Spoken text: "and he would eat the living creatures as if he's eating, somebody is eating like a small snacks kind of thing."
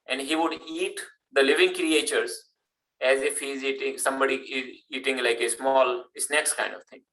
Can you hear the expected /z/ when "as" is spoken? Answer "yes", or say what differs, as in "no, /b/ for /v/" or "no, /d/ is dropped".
yes